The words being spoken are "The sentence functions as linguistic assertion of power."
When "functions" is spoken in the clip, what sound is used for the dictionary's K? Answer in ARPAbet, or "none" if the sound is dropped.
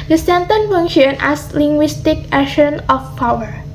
none